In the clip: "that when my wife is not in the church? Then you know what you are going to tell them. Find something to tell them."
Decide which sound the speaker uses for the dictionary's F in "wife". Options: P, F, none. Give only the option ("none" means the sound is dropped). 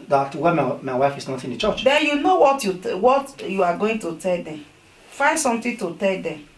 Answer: F